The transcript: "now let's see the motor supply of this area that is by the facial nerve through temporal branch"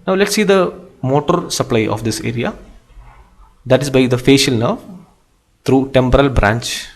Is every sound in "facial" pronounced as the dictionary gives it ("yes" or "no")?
yes